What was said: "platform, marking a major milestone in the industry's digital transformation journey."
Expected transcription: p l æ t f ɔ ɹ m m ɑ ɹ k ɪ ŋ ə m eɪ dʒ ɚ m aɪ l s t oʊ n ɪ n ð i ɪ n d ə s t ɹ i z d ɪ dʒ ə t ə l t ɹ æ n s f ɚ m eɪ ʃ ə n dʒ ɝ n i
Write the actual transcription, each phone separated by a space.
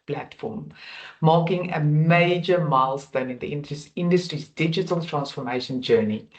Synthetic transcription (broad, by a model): p l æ t f ɔ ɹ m m ɑ k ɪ ŋ ə m eɪ dʒ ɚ m aɪ l s t oʊ n ɪ n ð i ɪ n d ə s t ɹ i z d ɪ dʒ ə t ə l t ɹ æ n s f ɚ m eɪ ʃ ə n dʒ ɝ n i